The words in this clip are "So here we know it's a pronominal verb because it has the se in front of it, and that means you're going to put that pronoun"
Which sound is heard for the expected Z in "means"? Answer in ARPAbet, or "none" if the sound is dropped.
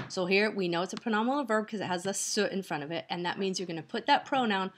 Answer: Z